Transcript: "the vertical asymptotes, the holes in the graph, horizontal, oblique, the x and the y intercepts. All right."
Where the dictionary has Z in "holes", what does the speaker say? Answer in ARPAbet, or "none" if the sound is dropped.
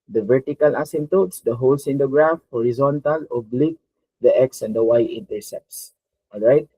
S